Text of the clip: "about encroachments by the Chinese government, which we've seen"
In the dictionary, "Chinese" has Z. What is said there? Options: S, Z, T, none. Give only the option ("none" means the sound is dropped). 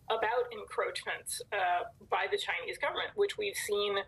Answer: Z